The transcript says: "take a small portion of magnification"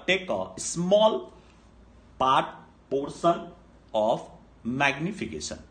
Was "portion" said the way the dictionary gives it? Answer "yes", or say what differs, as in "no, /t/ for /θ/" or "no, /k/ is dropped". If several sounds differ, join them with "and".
no, /s/ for /ʃ/